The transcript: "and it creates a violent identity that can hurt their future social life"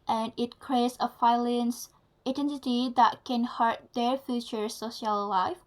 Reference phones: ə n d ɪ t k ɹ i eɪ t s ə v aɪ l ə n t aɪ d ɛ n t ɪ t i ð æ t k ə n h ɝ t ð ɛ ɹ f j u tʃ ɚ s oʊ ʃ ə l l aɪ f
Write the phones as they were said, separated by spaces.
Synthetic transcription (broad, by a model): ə n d ɪ t k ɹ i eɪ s ə f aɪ l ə n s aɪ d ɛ n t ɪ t i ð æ t k ə n h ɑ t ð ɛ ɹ f j u tʃ ɚ s oʊ ʃ ə l l aɪ f